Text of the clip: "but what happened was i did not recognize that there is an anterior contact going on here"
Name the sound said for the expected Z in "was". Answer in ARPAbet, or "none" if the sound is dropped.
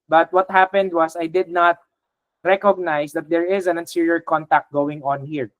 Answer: S